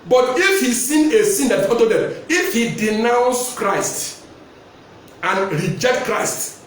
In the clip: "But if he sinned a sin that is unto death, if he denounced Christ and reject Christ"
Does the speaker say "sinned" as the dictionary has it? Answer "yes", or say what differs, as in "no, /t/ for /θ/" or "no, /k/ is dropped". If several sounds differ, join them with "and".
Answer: no, /d/ is dropped